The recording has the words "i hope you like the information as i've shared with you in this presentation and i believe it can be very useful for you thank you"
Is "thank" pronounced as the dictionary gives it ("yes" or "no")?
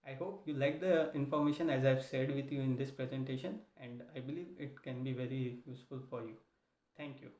no